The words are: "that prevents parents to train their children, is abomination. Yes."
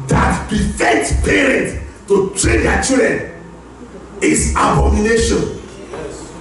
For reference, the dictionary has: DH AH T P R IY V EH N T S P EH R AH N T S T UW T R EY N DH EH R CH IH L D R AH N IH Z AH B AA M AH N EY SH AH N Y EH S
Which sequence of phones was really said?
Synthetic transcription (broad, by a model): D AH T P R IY F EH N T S P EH R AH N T T UW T R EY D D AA CH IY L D R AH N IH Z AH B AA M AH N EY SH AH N